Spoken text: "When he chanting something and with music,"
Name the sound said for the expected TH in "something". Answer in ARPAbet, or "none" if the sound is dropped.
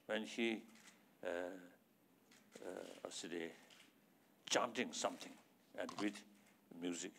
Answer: T